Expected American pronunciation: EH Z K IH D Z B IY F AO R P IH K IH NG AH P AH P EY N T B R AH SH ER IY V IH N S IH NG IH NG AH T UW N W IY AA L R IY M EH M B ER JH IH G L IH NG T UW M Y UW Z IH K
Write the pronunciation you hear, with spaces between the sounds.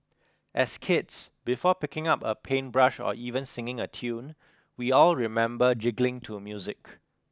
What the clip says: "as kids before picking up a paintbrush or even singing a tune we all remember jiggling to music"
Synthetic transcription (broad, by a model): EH S K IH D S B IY F AO P IH K IH NG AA P AH P EY N B R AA SH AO IY V IH N S IH NG IH NG AH T UW N W IY AA L R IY M EH M B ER JH IH G L IH NG T UW M Y UW Z IH K